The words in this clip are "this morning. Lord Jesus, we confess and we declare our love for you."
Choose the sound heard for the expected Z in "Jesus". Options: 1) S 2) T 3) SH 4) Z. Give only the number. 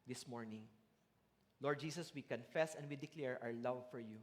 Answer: 1